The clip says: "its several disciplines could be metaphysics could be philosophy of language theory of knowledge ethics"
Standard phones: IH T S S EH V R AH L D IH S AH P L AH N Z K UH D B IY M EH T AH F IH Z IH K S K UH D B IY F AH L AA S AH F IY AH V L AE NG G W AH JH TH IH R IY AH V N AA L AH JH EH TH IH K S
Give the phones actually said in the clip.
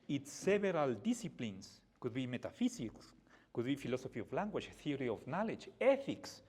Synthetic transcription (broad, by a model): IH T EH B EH R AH L D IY S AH P L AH N S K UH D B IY M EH T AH F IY S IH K S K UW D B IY F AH L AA S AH F IY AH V L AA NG G W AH CH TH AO R IY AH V N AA L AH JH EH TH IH K S